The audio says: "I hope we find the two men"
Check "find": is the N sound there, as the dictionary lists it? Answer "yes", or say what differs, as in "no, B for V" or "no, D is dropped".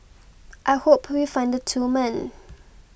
yes